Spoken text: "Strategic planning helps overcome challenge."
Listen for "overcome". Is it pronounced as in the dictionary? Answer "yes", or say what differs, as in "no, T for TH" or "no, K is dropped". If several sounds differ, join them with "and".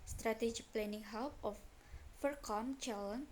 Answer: no, F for V